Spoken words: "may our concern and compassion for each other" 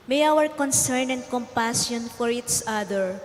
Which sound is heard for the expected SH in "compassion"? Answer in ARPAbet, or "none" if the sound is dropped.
S